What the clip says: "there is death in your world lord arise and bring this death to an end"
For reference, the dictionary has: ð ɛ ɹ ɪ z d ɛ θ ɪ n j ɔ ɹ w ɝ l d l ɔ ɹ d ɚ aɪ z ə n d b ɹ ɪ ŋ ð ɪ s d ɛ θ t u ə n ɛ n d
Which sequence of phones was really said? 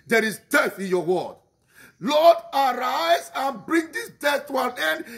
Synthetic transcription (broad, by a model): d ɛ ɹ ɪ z d ɛ θ ɪ n j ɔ w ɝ d l ɔ d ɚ aɪ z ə n b ɹ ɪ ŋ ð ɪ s d ɛ θ t u ə n ɛ n d